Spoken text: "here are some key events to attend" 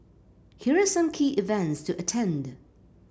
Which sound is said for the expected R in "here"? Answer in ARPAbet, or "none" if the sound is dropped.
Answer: R